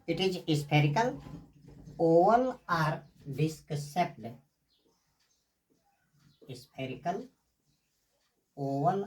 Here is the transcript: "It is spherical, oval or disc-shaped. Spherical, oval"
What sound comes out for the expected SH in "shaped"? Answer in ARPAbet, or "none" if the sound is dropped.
S